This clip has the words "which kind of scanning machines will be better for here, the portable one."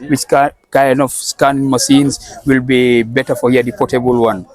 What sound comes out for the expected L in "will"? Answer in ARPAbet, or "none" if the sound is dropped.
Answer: L